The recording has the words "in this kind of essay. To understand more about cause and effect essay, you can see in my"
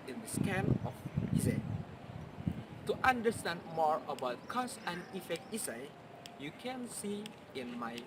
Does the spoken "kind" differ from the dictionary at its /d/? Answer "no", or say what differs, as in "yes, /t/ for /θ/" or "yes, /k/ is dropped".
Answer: yes, /d/ is dropped